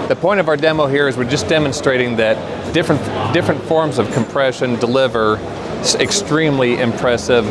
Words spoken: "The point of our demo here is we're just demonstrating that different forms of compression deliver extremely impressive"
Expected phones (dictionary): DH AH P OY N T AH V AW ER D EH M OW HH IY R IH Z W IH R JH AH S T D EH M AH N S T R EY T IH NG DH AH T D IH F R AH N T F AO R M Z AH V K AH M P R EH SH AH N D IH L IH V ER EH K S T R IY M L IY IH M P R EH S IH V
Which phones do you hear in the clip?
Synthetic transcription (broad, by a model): DH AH P OY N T AH V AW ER D EH M OW HH IY R IH Z W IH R JH AH S D EH M AH N S T R EY T IH NG DH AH T D IH F R AH N T F AO R M Z AH V K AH M P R EH SH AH N D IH L IH V ER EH K S T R IY M L IY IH M P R EH S IH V